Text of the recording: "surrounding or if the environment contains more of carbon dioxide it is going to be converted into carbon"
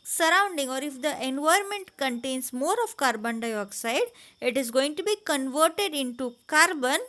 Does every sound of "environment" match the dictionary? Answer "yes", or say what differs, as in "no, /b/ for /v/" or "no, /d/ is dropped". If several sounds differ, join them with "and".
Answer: no, /ɹ/ is dropped